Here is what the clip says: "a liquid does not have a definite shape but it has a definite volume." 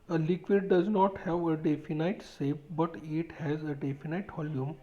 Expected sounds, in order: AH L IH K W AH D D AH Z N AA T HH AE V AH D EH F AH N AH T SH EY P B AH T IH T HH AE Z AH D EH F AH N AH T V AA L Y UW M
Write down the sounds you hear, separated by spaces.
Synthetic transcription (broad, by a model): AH L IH K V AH D D AH Z N AA T HH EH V AH D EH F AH N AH T S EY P B AH T IH T HH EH Z AH D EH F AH N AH T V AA L Y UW M